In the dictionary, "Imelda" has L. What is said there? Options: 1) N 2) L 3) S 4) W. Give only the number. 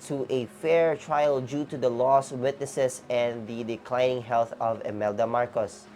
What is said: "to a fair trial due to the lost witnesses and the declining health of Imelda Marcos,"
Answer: 2